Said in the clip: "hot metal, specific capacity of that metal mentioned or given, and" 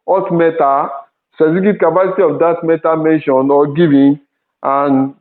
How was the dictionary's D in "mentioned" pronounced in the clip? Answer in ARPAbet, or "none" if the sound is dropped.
none